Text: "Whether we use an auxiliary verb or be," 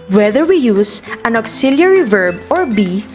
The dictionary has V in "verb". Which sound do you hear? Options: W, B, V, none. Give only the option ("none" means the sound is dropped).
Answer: V